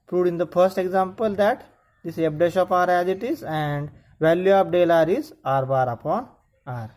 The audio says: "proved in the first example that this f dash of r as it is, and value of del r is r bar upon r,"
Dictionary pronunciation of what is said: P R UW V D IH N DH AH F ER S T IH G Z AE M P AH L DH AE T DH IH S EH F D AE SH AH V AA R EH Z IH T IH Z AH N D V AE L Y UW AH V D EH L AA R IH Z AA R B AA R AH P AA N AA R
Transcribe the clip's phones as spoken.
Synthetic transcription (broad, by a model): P R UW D IH N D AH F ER S T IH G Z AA M P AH L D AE T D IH S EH P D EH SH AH P AA R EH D IH T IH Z AH N D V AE L Y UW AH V D EH L AA R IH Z AA R B AA R AH P AA N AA R